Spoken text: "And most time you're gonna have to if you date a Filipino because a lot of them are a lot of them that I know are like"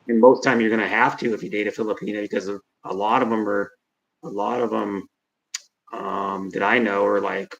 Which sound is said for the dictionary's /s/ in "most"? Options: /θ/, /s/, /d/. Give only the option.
/θ/